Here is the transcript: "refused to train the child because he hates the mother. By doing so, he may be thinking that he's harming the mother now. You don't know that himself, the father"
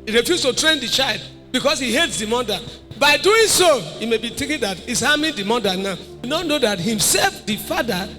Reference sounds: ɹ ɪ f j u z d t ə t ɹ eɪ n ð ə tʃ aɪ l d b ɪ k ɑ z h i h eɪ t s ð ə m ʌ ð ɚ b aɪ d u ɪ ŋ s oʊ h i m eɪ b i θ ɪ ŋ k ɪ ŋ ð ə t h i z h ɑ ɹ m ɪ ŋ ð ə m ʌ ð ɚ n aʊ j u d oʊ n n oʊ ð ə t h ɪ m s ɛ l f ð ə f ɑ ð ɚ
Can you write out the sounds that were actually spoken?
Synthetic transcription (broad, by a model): ɹ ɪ f j u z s t ə t ɹ eɪ n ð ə tʃ aɪ l d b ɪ k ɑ s h i h eɪ t s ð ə m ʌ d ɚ b aɪ d u ɪ ŋ s oʊ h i m eɪ b i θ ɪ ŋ k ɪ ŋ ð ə t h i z h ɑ m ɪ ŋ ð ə m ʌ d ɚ n aʊ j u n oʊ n n oʊ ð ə t h ɪ m s ɛ l f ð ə f ɑ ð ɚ